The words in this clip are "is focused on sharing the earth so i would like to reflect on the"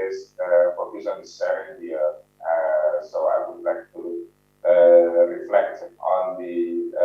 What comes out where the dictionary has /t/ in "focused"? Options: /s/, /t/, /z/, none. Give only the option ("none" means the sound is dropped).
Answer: none